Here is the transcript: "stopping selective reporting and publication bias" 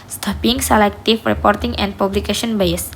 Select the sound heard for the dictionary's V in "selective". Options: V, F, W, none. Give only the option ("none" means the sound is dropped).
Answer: F